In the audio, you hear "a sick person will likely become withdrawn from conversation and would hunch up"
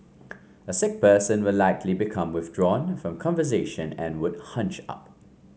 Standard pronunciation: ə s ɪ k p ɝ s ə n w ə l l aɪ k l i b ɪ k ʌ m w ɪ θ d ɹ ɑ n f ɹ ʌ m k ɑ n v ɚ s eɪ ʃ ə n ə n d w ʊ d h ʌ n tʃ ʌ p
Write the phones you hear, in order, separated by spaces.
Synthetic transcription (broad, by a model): ə s ɪ k p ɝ s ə n w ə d l aɪ k l i b ɪ k ʌ m w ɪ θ d ɹ ɑ n f ɹ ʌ m k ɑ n v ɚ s eɪ ʃ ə n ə n w ʊ d h ʌ n tʃ ʌ p